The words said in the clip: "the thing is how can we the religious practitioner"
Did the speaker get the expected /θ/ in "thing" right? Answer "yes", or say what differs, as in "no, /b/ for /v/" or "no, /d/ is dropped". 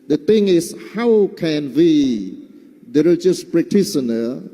no, /t/ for /θ/